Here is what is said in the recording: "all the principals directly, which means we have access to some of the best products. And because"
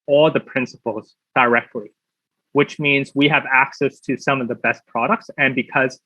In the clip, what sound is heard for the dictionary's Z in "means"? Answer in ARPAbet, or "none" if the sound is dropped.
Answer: Z